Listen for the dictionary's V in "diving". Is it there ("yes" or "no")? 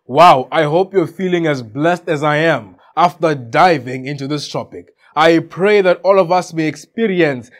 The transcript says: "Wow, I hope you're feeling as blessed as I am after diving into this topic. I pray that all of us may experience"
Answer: yes